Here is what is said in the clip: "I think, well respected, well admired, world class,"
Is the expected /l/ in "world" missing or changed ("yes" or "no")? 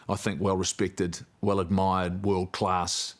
no